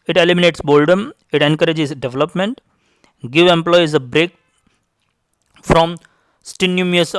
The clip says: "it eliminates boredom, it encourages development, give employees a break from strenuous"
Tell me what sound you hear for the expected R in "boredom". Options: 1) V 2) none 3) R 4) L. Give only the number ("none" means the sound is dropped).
4